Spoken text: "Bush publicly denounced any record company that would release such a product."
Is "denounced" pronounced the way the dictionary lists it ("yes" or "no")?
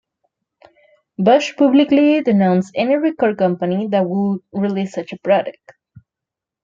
no